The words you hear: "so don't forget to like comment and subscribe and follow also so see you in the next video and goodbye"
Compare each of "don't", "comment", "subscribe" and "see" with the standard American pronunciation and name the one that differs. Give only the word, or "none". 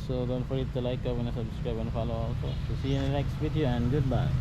comment